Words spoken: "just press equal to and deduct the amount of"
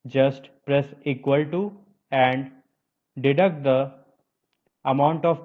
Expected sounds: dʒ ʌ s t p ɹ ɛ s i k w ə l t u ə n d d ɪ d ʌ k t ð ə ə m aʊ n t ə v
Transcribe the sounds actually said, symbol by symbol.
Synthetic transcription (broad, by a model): dʒ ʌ s t p ɹ ɛ s i k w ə l t u ə n d d ɪ d ʌ k t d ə ə m aʊ n t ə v